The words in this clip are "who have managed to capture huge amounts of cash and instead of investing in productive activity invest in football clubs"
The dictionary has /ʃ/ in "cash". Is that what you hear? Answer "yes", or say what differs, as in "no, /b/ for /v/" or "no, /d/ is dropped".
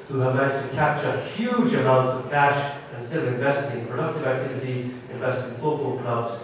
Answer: yes